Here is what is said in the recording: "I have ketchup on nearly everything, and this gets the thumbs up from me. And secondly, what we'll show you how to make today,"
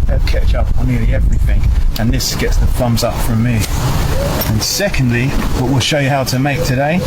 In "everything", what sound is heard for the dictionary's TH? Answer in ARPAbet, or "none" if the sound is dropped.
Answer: TH